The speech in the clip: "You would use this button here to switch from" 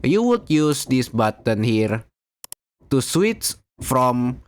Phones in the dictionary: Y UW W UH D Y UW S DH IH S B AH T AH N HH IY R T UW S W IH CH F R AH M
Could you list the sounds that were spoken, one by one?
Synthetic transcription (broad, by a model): Y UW W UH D Y UW S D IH S B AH T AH N HH IY R T UW S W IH S F R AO M